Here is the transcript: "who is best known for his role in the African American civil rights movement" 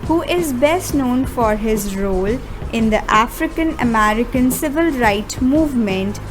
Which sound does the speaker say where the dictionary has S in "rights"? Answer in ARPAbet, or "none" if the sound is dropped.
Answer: none